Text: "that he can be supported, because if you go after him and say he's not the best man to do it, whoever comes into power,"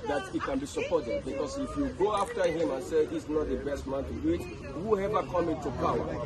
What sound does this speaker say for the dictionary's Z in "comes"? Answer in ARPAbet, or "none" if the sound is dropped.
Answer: none